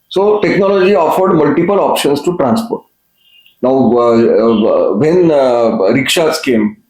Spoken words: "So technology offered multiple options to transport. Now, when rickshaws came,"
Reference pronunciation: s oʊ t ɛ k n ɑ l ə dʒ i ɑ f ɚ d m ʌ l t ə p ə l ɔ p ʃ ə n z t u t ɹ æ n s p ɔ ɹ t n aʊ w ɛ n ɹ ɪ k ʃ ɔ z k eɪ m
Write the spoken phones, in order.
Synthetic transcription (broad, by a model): s oʊ t ɛ k n ɑ l ə dʒ i ɑ f ɚ d m ʌ l t ə p ə l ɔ p ʃ ə n s t u t ɹ æ n s p ɔ ɹ t n aʊ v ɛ n ɹ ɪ k ʃ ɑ s k eɪ m